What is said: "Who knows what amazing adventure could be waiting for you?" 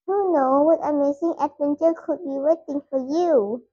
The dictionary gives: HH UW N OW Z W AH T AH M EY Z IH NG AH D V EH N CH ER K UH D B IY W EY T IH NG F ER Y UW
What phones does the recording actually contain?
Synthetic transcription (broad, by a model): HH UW N OW W AH T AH M EY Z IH NG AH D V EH N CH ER K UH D B IY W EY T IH NG F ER Y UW